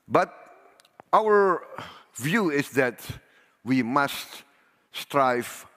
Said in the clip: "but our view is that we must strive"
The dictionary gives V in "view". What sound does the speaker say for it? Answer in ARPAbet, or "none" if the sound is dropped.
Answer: V